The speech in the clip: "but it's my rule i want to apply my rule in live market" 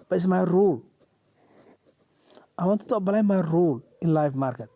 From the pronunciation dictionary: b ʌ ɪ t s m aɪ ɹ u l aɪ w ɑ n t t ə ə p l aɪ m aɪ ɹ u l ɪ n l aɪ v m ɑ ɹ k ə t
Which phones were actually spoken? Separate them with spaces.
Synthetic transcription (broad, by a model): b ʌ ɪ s m aɪ ɹ u l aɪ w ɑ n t t ə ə b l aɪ m aɪ ɹ u l ɪ n l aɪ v m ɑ ɹ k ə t